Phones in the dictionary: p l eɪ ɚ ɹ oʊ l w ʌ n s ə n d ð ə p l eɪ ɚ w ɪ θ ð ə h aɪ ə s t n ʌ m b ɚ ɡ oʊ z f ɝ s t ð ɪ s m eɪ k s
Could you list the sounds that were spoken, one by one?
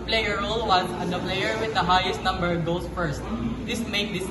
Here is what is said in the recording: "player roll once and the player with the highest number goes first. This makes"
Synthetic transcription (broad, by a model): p l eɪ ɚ ɹ oʊ l w ʌ n s ə n d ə p l eɪ ɚ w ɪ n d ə h aɪ ə s t n ʌ m b ɚ ɡ oʊ s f ɝ s t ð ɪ s m eɪ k s